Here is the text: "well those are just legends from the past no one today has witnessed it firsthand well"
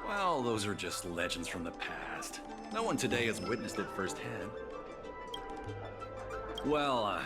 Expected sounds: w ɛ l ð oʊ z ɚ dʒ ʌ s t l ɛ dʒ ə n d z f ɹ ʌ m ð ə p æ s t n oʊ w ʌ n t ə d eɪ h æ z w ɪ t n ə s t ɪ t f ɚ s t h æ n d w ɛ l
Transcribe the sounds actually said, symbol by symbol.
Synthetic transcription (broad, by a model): w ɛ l ð oʊ z ɚ dʒ ʌ s t l ɛ dʒ ə n d z f ɹ ʌ m ð ə p æ s t n oʊ w ʌ n t ə d eɪ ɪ z w ɪ t n ə s t ɪ t f ɚ s t h æ n d w ɛ l